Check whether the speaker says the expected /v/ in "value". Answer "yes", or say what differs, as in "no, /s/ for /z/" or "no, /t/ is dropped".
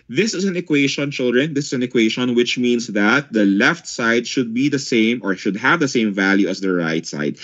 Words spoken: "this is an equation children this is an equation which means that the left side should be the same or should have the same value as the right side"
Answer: yes